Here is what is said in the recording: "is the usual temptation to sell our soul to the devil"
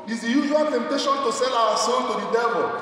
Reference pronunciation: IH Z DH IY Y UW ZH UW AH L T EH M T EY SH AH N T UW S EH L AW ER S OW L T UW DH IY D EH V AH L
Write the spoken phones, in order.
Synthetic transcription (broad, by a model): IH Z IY Y UW ZH UW AH L T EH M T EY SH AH N T UW S EH L AW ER S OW N T UW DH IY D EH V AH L